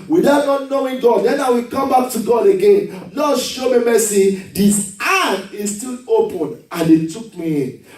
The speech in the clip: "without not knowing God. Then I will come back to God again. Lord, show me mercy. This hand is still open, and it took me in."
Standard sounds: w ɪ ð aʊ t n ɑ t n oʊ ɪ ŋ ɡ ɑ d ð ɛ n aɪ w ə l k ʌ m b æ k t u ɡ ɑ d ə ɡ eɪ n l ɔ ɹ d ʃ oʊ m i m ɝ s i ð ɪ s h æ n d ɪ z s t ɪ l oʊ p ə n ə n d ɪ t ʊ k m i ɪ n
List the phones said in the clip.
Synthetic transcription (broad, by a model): w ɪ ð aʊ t n ɑ t n oʊ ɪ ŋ ɡ ɑ d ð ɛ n aɪ w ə k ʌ m b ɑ k t u ɡ ɑ d ə ɡ eɪ n n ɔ ʃ oʊ m i m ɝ s i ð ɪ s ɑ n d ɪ s t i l oʊ p ə n ə n d ɪ t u k m i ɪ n